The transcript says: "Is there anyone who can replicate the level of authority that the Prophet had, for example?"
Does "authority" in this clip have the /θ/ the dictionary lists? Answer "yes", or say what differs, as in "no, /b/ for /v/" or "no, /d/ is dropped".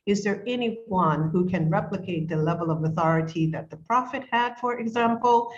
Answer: yes